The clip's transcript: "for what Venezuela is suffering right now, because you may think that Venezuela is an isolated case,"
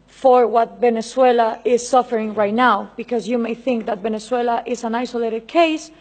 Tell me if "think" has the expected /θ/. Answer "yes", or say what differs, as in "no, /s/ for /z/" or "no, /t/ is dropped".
yes